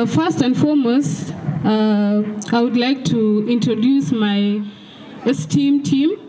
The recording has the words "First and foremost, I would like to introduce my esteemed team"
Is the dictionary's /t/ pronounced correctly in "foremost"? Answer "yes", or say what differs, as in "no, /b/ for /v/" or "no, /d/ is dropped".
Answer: no, /t/ is dropped